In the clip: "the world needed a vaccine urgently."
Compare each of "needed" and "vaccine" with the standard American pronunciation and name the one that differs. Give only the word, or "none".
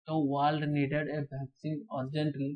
vaccine